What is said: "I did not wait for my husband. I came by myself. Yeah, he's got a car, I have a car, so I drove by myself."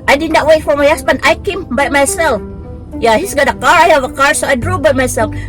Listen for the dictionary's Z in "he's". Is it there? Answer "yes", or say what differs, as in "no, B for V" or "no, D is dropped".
no, S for Z